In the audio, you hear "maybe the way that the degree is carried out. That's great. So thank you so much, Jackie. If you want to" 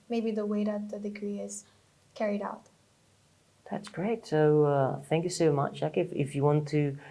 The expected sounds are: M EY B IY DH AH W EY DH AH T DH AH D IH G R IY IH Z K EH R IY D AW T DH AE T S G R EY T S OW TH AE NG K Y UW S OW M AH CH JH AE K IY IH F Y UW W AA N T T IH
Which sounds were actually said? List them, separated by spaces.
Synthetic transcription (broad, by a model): M EY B IY DH AH W EY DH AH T DH AH D IH G R IY IH Z K EH R IY D AW T DH AE T S G R EY T S OW TH AE NG K Y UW S OW M AH CH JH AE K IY IH F Y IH W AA N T T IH